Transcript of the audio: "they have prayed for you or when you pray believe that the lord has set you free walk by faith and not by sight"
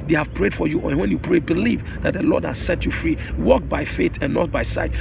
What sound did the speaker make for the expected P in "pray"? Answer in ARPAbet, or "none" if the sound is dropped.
P